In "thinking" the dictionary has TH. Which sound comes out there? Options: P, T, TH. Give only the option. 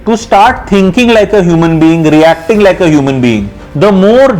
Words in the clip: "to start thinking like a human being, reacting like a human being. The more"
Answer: T